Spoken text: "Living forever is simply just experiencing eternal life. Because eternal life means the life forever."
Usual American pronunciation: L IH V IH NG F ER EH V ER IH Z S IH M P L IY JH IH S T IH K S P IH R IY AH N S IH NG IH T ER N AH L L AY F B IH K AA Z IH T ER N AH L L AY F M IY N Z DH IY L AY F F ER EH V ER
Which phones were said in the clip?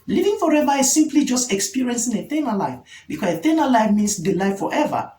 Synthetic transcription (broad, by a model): L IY V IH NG F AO EH V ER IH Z S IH M P L IY JH IH S T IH K S P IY R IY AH N S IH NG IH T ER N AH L L AY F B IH K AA S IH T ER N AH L L AY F M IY N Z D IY L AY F F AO EH V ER